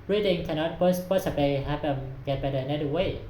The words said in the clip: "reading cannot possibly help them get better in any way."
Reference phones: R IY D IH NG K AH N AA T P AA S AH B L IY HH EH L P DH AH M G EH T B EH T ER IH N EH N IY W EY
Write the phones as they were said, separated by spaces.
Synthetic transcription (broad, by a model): R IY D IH NG K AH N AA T P AA S AH B L IY HH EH P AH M G EH T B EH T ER IH N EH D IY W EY